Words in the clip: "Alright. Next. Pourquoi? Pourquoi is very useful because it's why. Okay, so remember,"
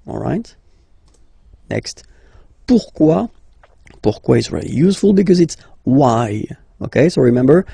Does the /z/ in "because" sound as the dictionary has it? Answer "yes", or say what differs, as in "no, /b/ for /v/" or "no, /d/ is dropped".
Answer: yes